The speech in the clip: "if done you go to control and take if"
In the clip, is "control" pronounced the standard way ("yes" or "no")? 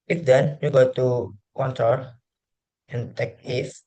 no